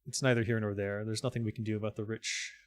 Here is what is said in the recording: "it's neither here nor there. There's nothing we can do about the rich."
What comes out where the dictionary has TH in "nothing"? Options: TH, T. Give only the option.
TH